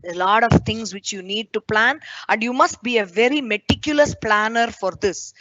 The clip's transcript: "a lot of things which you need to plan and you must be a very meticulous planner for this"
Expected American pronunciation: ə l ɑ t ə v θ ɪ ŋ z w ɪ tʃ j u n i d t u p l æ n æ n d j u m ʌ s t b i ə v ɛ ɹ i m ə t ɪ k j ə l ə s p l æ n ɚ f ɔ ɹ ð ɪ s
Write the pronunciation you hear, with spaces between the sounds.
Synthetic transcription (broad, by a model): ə l ɑ t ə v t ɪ ŋ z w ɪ tʃ j u n i d t u p l æ n æ n d j u m ʌ s t b i ə v ɛ ɹ i m ə t ɪ k j ə l ə s p l æ n ɚ f ɔ ɹ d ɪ s